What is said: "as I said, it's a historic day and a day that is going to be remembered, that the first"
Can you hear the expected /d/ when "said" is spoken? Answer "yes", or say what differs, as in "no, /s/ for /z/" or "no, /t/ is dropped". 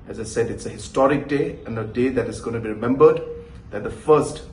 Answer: yes